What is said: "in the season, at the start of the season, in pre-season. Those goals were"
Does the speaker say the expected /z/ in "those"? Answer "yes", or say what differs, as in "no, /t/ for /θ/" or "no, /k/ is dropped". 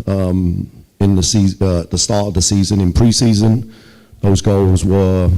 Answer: yes